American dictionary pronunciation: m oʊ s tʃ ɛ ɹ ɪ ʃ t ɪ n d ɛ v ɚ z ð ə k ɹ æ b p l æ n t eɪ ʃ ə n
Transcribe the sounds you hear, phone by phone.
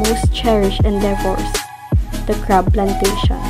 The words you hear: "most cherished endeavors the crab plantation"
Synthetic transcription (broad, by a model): m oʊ s tʃ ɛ ɹ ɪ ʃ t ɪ n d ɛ f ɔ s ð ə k ɹ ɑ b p l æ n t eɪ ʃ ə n